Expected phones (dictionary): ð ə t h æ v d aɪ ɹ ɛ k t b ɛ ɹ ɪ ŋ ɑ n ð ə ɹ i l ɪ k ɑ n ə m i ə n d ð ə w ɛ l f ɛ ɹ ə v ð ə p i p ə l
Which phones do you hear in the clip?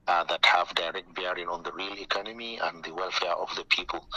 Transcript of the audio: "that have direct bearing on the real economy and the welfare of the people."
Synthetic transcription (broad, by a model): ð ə t h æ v d aɪ ɹ ɛ k t b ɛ ɹ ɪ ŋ ɑ n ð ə ɹ i l ɪ k ɑ n ə m i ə n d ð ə w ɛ l f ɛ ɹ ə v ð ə p i p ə l